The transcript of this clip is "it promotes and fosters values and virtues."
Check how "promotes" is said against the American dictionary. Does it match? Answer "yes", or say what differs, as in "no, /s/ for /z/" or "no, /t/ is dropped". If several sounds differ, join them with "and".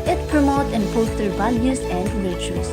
no, /s/ is dropped